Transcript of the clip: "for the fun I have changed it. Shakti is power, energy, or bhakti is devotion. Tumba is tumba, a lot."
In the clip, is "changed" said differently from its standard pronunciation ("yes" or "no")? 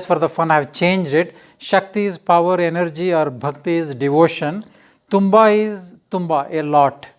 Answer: no